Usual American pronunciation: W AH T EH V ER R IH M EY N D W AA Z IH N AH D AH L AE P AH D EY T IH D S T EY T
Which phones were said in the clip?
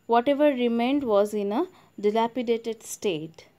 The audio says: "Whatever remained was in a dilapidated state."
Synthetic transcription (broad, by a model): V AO T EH V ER R IH M EY N D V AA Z IH N AH D AH L AE P AH D EY T IH D S T EY T